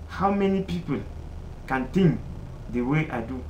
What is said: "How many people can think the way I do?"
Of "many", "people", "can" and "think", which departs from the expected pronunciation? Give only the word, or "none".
think